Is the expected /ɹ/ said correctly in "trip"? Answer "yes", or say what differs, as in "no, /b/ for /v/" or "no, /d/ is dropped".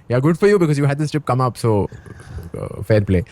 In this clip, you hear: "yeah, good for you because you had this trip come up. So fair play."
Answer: no, /ɹ/ is dropped